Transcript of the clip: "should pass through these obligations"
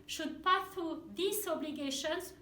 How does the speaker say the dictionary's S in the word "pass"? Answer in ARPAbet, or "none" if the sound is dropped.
none